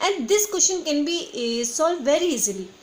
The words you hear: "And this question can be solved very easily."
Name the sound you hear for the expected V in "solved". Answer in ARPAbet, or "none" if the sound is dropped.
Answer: none